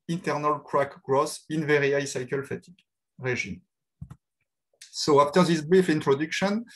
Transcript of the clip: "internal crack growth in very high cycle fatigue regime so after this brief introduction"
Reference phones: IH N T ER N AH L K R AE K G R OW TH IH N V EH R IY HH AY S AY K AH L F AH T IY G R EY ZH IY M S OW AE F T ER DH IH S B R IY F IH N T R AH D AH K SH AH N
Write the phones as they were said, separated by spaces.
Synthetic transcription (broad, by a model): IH N T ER N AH L K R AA K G R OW S IH N V EH R IY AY S AY K AH L F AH T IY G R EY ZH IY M S OW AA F T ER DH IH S B R IY F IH N T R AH D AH K SH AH N